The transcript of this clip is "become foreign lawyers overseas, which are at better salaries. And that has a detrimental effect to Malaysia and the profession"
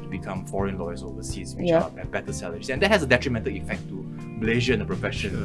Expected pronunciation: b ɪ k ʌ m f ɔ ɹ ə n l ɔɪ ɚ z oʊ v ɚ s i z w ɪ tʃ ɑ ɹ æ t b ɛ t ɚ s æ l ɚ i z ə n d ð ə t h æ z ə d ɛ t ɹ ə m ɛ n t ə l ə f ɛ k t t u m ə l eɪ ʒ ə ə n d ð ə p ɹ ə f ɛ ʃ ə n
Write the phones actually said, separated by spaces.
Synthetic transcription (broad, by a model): b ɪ k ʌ m f ɔ ɹ ə n l ɔɪ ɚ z oʊ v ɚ s i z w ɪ ɑ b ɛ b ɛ t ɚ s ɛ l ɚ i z ə n d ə t h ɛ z ə d ɛ t ɹ ə m ɛ n t ə l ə f ɛ k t t u m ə l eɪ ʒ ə ə n d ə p ɹ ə f ɛ ʃ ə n